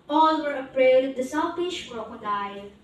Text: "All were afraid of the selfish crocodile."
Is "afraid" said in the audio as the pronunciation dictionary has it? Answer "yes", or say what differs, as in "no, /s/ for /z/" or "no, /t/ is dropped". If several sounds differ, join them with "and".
no, /p/ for /f/